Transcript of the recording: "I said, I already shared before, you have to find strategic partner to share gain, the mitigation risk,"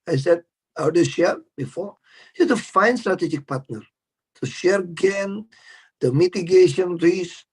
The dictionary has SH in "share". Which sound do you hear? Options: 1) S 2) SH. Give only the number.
2